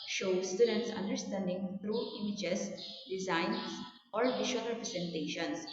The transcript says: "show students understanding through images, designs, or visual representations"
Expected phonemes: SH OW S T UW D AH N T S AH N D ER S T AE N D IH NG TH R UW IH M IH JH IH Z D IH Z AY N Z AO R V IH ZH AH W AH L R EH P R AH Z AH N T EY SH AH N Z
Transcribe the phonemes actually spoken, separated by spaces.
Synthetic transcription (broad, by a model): SH OW S T UW D AH N T S AH N D ER S T AE N D IH NG T R UW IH M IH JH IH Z D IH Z AY N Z AO R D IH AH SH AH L R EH P R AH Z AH N T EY SH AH N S